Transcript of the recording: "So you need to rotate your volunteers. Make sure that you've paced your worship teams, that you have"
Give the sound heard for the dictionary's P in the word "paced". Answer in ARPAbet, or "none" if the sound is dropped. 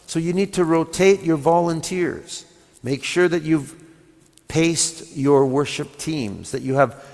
P